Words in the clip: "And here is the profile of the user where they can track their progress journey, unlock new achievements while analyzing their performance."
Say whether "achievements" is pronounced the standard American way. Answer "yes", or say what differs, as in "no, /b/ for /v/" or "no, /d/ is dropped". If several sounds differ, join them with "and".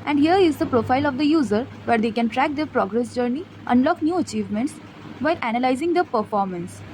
yes